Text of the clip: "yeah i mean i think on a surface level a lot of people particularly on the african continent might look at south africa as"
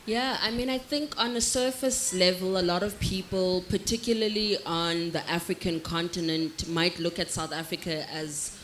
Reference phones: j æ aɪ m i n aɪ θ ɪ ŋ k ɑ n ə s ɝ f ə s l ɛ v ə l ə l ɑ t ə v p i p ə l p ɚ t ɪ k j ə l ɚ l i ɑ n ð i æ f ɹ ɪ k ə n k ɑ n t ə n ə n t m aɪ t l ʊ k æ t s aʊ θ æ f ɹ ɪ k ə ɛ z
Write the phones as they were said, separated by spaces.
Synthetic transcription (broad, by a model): j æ aɪ m i n aɪ θ ɪ ŋ k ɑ n ə s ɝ f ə s l ɛ v ə l ə l ɑ t ə v p i p ə l p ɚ t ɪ k j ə l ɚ l i ɑ n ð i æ f ɹ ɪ k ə n k ɑ n t ə n ə n t m aɪ t l ʊ k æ t s aʊ θ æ f ɹ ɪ k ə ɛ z